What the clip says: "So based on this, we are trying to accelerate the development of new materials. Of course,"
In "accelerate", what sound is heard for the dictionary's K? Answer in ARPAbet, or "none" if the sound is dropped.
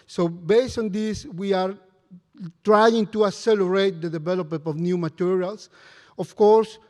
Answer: none